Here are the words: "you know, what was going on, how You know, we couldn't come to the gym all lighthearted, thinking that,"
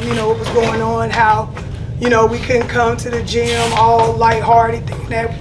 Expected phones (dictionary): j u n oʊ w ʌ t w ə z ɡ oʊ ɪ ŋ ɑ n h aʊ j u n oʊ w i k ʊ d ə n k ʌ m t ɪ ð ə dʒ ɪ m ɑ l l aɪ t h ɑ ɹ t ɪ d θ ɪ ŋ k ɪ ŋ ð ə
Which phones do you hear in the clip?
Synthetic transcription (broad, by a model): j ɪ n oʊ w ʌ t w ə z ɡ oʊ ɪ ŋ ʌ n h aʊ j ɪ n oʊ w i k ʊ d n k ʌ m t ɪ ð ə dʒ ɪ m ɑ l l aɪ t h ɑ ɹ t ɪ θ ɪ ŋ ɪ